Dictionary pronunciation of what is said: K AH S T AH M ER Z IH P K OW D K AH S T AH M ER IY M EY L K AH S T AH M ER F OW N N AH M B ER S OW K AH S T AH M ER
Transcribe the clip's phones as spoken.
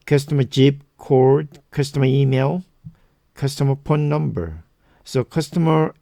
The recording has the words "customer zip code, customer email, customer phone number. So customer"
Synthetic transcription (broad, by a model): K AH S T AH M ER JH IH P K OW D K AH S T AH M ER IY M EY L K AH S T AH M ER P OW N N AH M B ER S OW K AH S T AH M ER